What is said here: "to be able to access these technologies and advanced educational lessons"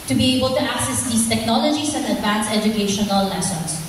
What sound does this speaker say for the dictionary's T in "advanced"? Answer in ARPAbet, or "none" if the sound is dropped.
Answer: none